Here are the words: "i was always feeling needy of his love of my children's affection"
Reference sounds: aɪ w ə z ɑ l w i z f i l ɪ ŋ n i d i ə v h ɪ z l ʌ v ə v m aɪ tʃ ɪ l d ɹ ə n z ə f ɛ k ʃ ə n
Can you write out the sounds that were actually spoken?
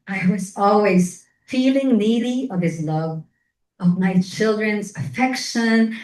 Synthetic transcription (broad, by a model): aɪ w ə z ɑ l w i z f i l ɪ ŋ n i d i ə v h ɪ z l ʌ v ə v m aɪ tʃ ɪ l d ɹ ə n z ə f ɛ k ʃ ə n